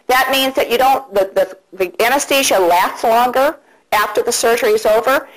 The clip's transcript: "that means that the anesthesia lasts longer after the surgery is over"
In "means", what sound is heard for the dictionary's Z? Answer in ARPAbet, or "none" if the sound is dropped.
Z